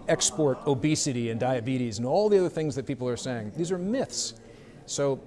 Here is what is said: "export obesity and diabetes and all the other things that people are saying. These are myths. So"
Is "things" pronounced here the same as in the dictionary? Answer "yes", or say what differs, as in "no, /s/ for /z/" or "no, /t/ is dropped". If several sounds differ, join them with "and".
yes